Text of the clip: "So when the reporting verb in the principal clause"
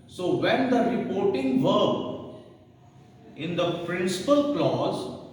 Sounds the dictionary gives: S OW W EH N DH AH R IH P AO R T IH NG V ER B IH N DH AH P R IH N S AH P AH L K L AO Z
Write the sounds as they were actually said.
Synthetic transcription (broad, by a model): S OW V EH N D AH R IH P AO R T IH NG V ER IH N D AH P R IH N S AH P AH L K L AO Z